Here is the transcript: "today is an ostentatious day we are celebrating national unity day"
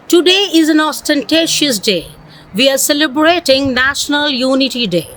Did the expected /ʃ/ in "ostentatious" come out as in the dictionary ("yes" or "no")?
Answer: yes